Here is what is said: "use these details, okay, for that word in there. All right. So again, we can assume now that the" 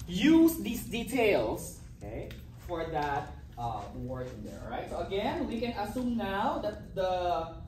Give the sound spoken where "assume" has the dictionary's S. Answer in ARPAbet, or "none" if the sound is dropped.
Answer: S